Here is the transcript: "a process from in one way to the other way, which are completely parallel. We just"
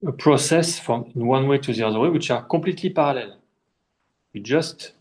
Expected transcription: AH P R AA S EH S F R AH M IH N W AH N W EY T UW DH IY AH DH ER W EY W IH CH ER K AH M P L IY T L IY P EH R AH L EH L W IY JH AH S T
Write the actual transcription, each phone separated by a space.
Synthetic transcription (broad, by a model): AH P R AA S EH S F R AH M IH N W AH N W EY T UW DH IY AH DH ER W EY W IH CH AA K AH P L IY T L IY P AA R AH L EH L W IY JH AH S T